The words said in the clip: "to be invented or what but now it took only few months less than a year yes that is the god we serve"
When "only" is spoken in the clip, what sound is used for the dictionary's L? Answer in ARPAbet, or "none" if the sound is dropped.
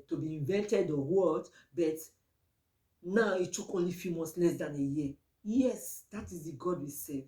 L